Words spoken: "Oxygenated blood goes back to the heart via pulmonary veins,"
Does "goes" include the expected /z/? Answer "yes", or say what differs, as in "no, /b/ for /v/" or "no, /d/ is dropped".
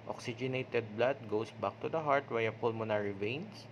no, /s/ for /z/